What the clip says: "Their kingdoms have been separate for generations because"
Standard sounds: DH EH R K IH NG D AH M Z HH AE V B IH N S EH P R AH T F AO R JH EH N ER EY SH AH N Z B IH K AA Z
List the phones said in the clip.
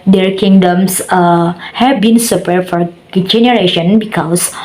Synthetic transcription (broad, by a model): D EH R K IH NG D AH M S HH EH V B IH N S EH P AH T F AO R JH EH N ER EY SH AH N B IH K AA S